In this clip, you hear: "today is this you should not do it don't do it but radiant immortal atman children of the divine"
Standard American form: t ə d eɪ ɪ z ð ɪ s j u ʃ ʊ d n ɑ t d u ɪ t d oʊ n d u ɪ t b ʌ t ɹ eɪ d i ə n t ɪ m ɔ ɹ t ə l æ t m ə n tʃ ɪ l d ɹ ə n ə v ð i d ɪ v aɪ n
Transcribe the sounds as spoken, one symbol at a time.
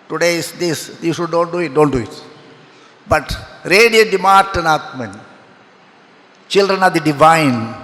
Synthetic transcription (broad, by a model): t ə d eɪ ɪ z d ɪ s j u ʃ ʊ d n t d u ɪ t d oʊ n d u ɪ t b ʌ t ɹ eɪ d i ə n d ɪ m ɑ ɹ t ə n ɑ t m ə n tʃ ɪ l d ɹ ə n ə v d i d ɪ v aɪ n